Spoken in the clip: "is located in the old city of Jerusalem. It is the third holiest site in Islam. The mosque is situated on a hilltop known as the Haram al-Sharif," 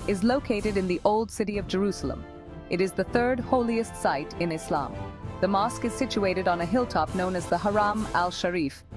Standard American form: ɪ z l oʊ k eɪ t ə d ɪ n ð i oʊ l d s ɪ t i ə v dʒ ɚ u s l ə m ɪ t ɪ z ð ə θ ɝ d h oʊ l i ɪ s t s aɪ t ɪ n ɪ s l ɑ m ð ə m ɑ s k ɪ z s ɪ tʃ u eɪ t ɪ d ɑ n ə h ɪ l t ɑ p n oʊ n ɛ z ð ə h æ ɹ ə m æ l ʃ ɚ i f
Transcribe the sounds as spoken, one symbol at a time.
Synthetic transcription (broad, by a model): ɪ z l oʊ k eɪ t ə d ɪ n ð i oʊ l d s ɪ t i ə v dʒ ɚ u s l ə m ɪ t ɪ z ð ə θ ɝ d h oʊ l i ɪ s t s aɪ t ɪ n ɪ s l ɑ m ð ə m ɑ s k ɪ z s ɪ tʃ u eɪ t ɪ d n ə h ɪ l t ɑ p n oʊ n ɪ z ð ə h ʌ ɹ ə m æ l ʃ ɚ i f